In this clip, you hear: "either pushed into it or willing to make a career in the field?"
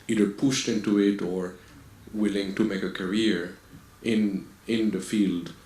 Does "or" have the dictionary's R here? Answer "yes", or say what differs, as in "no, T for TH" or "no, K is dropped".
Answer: yes